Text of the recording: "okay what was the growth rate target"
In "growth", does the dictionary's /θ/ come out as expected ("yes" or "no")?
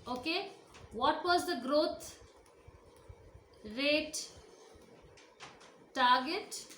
no